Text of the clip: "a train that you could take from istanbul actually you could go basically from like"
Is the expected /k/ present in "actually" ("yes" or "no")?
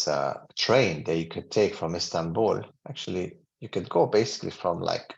yes